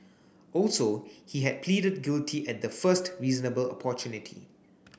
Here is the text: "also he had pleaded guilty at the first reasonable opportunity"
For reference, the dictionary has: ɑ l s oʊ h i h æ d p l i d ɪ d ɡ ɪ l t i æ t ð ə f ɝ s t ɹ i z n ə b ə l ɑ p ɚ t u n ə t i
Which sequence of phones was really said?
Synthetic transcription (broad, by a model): ɑ l s oʊ h i h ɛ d p l i d ɪ d ɡ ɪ l t i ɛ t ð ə f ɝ s t ɹ i z n ə b ə l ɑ p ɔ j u n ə t i